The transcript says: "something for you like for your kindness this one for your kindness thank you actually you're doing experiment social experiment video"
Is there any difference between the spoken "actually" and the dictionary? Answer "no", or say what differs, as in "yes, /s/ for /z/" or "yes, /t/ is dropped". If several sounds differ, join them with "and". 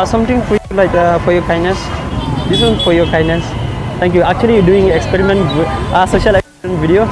yes, /l/ is dropped